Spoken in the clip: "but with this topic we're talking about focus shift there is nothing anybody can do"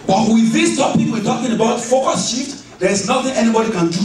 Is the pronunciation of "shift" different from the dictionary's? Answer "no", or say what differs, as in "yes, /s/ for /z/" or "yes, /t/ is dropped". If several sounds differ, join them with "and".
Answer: yes, /f/ is dropped